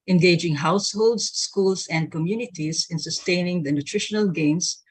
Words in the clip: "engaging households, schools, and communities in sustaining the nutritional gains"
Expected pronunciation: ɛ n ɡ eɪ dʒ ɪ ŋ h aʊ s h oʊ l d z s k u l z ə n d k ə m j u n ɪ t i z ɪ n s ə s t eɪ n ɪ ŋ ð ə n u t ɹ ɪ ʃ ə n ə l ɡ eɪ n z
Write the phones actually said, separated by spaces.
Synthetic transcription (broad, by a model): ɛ n ɡ eɪ dʒ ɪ ŋ h aʊ s h oʊ l d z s k u l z ə n d k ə m j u n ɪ t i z ɪ n s ə s t eɪ n ɪ ŋ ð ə n u t ɹ ɪ ʃ ə n ə l ɡ eɪ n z